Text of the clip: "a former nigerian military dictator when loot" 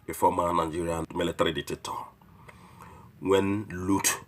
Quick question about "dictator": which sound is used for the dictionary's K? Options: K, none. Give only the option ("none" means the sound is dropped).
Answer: none